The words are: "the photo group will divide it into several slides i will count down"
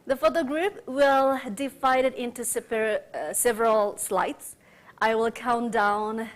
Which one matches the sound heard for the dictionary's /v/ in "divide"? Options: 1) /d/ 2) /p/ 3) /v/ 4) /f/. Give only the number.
4